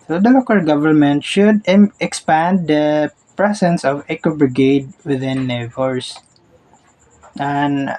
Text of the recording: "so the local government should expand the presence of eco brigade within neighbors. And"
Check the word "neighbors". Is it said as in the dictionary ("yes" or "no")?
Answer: no